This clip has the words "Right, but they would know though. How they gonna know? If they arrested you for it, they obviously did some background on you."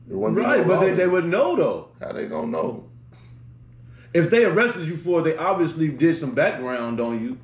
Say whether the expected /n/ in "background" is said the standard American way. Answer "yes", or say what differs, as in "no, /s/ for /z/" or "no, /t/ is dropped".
yes